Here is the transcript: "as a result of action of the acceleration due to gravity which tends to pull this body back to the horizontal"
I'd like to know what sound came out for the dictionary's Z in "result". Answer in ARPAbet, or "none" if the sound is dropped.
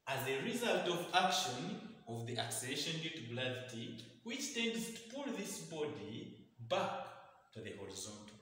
Z